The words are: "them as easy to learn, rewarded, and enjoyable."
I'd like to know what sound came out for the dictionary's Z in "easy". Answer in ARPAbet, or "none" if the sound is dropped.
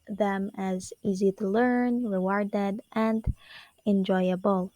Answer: Z